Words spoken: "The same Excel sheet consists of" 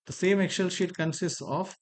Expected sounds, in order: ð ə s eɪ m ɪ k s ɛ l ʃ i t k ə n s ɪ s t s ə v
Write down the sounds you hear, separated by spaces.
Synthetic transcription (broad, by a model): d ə s eɪ m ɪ k ʃ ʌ l ʃ i t k ə n s ɪ s t s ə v